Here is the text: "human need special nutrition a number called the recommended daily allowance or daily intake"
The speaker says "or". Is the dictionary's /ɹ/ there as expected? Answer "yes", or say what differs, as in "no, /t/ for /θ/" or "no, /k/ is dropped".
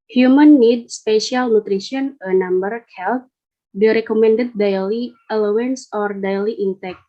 yes